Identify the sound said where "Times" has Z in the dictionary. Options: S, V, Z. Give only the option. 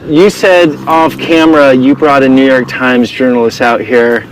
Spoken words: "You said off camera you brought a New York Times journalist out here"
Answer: Z